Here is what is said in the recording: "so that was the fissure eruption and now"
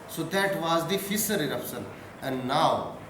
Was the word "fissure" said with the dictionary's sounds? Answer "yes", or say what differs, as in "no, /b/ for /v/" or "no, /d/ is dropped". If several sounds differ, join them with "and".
no, /s/ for /ʃ/